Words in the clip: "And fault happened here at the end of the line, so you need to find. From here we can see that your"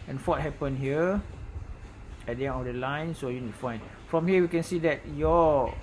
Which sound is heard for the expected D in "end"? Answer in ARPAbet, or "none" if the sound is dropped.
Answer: none